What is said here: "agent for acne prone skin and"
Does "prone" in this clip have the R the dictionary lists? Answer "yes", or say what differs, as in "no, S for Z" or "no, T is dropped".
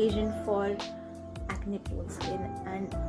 no, R is dropped